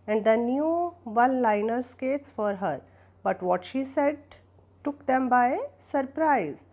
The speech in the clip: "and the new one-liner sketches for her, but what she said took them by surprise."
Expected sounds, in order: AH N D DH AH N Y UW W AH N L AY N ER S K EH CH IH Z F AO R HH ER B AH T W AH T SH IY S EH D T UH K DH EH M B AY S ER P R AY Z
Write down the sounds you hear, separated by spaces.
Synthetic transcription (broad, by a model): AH N D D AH N Y UW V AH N L AY N ER S K EH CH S F AO R HH ER B AH T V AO T SH IY S EH D T UH K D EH M B AY S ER P R AY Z